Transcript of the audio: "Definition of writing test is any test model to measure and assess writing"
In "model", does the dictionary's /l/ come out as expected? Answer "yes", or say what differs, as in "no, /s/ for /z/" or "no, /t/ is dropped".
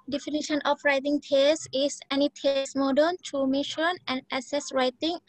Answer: no, /n/ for /l/